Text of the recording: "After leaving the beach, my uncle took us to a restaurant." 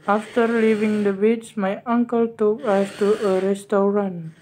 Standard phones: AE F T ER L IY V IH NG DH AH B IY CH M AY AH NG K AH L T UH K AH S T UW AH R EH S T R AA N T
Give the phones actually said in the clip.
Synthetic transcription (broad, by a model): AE F T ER L IY V IH NG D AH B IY S M AY AH NG K AH L T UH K AH S T UW AH R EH S T R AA N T